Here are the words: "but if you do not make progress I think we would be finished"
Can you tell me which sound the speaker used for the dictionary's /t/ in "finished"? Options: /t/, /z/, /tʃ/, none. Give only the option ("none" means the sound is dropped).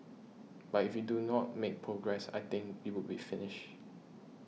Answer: none